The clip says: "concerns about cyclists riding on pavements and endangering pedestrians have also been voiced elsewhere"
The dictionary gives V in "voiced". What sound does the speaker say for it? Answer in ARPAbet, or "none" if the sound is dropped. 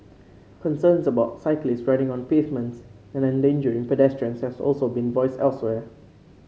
V